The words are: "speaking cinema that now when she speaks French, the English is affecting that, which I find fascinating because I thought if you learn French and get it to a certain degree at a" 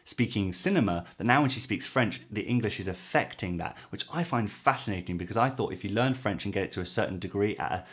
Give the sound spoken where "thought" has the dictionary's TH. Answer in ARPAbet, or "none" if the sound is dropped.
TH